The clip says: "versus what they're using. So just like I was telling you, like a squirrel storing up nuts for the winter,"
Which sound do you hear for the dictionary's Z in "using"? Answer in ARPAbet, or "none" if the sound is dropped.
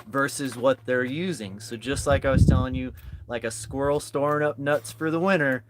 Z